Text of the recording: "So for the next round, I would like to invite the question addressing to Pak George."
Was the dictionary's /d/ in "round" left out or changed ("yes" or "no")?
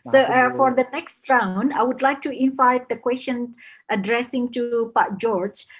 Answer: yes